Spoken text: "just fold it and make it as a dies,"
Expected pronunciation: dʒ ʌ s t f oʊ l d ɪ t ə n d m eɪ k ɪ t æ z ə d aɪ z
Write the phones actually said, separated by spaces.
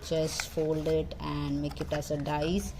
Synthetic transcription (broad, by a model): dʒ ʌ s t f oʊ l d ɪ t ə n d m eɪ k ɪ t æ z ə d aɪ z